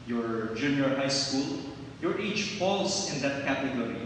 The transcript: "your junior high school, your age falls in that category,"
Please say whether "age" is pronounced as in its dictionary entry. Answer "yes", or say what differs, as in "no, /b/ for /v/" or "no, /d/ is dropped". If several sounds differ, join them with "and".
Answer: no, /tʃ/ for /dʒ/